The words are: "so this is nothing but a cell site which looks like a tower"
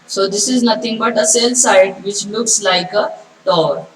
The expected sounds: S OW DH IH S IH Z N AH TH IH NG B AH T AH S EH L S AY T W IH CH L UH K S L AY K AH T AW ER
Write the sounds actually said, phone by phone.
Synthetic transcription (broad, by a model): S OW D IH S IH Z N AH T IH NG B AH T AH S EH L S AY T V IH CH L UH K S L AY K AH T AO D